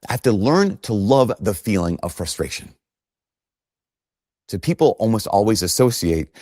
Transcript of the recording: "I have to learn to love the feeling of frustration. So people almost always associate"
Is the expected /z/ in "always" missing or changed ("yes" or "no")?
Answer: no